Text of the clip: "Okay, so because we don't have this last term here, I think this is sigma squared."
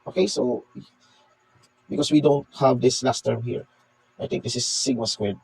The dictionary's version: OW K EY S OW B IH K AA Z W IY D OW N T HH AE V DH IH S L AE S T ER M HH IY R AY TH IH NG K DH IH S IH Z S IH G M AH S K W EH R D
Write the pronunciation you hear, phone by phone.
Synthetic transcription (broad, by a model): OW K EY S OW B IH K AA S W IY D OW N T HH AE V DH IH S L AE S T ER M HH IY R AY T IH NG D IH S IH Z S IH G AH S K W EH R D